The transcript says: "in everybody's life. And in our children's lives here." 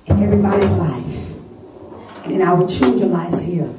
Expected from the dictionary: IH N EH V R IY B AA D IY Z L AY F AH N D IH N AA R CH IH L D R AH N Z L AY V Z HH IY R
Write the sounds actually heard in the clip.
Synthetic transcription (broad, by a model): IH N EH V R IY B AA D IY Z L AY F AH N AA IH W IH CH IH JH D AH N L AY Z HH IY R